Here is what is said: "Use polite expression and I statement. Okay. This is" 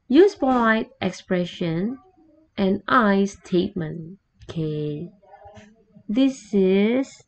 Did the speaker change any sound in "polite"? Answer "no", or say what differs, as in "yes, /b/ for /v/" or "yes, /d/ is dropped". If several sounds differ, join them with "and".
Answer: yes, /l/ is dropped